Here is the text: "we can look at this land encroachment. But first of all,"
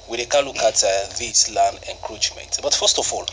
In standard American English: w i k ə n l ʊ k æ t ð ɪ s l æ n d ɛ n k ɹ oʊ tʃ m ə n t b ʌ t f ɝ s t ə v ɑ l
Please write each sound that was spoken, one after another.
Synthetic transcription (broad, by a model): w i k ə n l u k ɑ t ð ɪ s l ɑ n ɛ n k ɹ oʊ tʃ m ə n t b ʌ t f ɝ s t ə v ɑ l